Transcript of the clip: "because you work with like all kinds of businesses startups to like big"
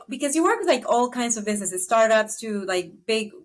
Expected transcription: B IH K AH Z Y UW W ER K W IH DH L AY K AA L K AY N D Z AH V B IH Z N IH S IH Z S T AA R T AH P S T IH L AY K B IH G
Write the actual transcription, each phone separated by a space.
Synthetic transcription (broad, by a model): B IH K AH Z Y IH W ER K W IH DH L AY K AA L K AY N D Z AH V B IH Z N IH S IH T S T AA R T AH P S T IH L AY K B IH G